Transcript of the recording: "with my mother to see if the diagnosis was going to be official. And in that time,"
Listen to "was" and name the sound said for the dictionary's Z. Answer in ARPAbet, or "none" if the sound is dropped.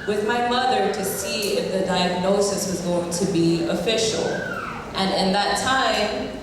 Z